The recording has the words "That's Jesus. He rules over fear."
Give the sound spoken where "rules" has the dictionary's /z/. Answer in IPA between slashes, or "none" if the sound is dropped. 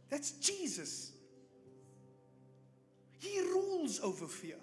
/z/